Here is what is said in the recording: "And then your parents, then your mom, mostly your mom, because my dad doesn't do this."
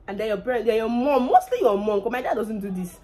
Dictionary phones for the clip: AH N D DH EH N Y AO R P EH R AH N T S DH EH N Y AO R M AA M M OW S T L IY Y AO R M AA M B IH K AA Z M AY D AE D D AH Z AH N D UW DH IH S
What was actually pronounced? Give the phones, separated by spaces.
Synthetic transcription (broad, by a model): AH N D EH Y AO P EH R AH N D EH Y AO M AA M M OW S T L IY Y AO M AA M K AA M AY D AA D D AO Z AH N D UW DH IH S